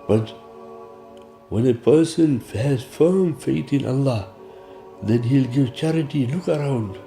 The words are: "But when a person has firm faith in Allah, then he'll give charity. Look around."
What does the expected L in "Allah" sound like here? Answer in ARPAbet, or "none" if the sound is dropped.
L